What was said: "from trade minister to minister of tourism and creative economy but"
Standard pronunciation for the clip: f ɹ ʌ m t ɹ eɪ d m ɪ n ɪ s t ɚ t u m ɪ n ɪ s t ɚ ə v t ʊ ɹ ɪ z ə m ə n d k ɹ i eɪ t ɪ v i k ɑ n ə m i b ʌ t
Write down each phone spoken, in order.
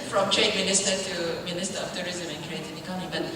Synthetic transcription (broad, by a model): f ɹ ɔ m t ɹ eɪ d m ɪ n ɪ s t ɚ t u m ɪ n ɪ s t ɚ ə f t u ɹ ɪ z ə m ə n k ɹ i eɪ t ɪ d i k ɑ ə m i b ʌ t